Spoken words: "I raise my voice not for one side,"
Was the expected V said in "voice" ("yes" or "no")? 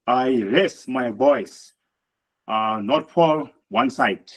no